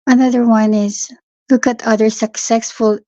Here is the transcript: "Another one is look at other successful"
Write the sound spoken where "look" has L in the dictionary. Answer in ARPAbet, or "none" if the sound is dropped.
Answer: L